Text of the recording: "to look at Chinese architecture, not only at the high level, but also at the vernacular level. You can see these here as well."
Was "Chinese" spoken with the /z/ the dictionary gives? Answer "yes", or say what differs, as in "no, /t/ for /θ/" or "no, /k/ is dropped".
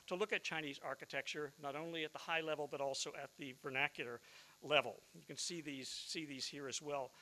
yes